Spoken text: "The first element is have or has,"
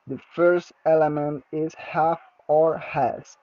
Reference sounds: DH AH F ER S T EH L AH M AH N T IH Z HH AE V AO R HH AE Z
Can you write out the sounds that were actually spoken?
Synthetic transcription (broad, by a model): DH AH F ER S T EH L AH M AH N T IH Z HH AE F AO R HH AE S